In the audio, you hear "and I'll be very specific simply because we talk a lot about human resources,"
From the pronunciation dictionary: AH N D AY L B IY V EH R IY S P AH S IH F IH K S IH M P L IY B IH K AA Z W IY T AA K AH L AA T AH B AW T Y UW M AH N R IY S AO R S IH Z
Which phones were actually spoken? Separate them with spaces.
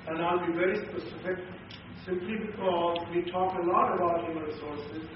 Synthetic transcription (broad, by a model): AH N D AY L B IY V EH R IY S P AH S IH F IH K S IH M P L IY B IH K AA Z W IY T AA K AH L AA T AH B AW T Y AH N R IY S AO R S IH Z